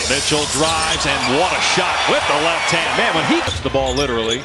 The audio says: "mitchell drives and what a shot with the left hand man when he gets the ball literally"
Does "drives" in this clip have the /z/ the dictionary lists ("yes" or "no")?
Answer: yes